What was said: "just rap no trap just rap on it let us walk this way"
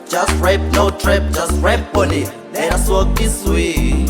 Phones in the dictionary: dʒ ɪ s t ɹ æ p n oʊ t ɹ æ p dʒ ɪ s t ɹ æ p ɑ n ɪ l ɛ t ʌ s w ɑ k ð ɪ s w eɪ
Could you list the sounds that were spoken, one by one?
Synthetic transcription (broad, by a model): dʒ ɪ s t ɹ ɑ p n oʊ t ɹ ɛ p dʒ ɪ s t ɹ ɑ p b ɪ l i ʌ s w ɑ k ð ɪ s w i